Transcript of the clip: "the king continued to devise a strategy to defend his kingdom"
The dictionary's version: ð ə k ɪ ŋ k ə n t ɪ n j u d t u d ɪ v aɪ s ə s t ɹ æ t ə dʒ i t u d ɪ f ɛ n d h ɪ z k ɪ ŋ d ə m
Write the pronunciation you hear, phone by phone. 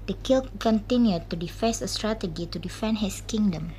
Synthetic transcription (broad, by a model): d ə k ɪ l k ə n t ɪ n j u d t u d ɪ f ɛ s ə s t ɹ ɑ t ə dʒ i t u d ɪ f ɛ n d h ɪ s k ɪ ŋ d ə m